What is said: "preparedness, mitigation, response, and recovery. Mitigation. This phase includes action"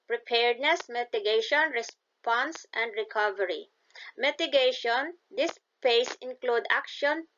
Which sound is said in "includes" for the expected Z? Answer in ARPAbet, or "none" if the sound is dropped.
none